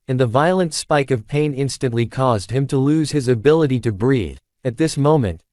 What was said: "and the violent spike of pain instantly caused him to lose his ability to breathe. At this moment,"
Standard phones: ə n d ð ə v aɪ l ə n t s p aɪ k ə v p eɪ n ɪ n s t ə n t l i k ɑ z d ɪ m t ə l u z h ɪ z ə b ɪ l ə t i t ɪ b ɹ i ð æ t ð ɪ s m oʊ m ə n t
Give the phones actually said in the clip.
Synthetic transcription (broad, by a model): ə n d ð ə v aɪ l ə n t s p aɪ k ə v p eɪ n ɪ n s t ə n t l i k ɑ z d ɪ m t ə l u z ɪ z ə b ɪ l ə t i t ɪ b ɹ i ð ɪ t ð ɪ s m oʊ m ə n t